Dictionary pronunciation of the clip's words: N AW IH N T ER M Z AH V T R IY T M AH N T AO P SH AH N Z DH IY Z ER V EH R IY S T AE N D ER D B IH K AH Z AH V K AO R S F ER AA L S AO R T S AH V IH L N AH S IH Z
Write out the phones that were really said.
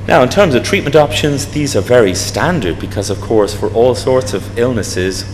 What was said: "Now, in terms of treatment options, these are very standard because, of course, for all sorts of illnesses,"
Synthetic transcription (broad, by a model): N AW IH N T ER M Z AH V T R IY T M AH N T AO P SH AH N Z DH IY Z ER V EH R IY S T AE N D ER D B IH K AH Z AH V K AO R S F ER AA L S AO R T S AH V IH L N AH S IH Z